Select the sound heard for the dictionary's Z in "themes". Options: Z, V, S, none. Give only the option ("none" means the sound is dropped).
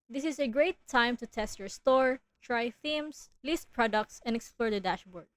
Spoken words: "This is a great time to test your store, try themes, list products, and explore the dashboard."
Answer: S